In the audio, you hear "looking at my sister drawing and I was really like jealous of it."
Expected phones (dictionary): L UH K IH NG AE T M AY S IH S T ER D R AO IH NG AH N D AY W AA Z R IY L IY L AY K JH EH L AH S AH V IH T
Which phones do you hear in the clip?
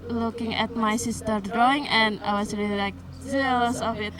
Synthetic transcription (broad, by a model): L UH K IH NG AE T M AY S IH S T ER D R AO IH NG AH N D AY W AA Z R IY L IY L AY K Z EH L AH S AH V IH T